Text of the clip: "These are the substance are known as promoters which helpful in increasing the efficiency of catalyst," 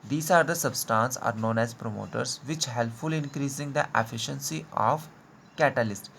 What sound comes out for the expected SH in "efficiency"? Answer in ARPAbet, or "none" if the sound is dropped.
SH